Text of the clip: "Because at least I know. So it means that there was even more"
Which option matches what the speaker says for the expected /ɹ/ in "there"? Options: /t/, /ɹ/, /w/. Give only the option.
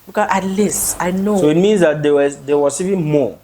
/w/